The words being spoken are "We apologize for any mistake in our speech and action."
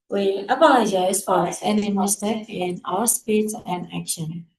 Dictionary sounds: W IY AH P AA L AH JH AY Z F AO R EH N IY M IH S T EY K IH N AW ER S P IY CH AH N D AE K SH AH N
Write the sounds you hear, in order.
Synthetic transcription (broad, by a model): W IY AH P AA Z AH IH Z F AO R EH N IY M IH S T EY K IH N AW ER S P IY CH AH N D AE K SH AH N